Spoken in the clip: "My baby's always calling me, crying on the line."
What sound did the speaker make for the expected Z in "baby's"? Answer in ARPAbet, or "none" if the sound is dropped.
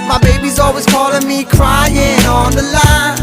Z